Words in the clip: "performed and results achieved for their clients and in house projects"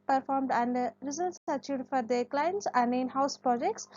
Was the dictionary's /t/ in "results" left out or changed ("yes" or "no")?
yes